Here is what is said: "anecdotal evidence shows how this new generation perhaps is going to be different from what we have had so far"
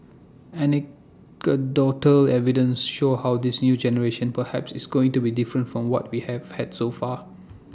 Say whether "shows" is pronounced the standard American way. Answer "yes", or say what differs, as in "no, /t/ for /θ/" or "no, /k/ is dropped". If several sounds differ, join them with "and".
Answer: no, /z/ is dropped